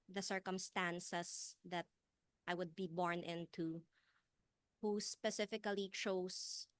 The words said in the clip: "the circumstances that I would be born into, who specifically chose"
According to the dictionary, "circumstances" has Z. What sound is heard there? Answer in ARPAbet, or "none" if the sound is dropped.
S